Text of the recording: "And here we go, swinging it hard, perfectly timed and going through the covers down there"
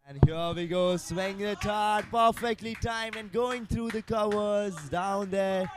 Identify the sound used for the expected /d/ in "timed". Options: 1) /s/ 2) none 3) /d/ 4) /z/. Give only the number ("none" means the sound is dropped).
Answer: 2